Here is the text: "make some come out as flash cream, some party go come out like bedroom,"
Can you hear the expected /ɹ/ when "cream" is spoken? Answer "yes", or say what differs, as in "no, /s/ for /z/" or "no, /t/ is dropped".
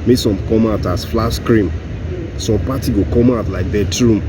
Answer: yes